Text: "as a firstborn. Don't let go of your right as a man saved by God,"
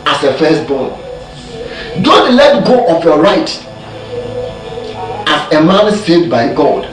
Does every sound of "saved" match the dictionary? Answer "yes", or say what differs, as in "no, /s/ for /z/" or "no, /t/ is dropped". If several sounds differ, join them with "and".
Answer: no, /v/ is dropped